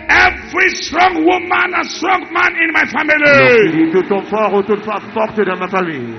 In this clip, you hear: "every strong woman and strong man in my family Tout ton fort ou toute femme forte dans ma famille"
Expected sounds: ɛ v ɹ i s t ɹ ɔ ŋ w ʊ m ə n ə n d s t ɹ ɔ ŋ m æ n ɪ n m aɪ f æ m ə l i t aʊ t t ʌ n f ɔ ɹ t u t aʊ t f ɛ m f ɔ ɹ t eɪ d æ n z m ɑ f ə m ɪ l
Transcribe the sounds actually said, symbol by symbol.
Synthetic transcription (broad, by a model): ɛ v ɹ i s t ɹ ɔ ŋ w ʊ m ə n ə s t ɹ ɔ ŋ m æ n ɪ n m aɪ f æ m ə l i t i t t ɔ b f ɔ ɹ u t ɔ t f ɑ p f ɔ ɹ t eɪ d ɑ m ɑ f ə m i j